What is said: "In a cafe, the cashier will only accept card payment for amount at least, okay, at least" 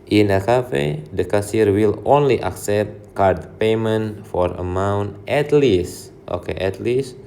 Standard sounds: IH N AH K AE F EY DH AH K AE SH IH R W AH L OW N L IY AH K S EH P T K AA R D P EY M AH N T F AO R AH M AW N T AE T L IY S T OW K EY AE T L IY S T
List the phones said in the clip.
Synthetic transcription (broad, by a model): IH N AH K AE F EY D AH K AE S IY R W AH L OW N L IY AH K S EH P T K AA R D P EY M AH N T F AO R AH M AW N T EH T L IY S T OW K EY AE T L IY S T